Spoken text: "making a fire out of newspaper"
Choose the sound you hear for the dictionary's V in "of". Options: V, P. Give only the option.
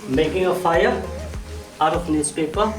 P